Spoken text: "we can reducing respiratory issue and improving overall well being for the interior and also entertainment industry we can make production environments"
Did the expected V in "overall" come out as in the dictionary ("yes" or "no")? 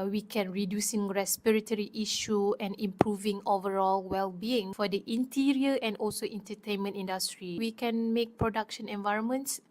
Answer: yes